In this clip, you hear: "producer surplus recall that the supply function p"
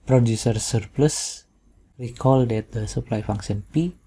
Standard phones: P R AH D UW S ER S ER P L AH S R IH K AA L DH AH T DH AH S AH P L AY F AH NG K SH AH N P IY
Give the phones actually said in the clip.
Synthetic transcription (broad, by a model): P R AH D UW S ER S ER P L AH S R IH K AA L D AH T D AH S AH P L AY F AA NG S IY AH N P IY